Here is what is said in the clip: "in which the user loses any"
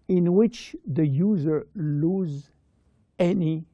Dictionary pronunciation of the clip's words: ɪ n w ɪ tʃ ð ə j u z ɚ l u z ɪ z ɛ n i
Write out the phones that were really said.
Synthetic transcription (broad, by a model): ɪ n w ɪ tʃ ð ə j u z ɚ l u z z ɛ n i